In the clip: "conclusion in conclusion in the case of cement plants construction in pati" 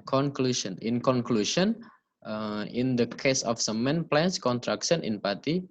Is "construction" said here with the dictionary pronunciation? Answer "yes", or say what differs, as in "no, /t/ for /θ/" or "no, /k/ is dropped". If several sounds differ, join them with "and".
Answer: no, /s/ is dropped